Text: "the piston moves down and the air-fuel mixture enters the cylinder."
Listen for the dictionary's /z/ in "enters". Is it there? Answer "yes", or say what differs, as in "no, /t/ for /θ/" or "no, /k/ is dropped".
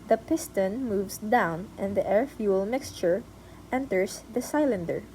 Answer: no, /s/ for /z/